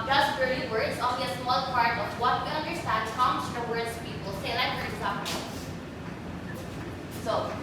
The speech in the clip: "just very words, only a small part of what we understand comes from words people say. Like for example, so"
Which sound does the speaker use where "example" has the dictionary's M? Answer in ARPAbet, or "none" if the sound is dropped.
none